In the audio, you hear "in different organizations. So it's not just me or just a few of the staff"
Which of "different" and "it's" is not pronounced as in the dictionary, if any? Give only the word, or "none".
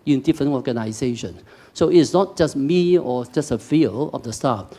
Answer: different